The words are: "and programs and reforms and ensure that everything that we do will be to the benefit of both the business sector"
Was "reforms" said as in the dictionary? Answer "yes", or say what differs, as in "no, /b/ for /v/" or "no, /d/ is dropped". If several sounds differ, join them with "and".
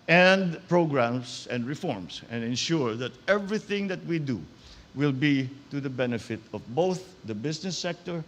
no, /s/ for /z/